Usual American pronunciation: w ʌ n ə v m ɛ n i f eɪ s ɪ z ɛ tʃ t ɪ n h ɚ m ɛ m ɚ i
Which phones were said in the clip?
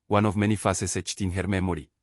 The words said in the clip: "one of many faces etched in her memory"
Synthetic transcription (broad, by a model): w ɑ n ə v m ɛ n i f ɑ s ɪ s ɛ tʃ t ɪ n h ɚ m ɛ m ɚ i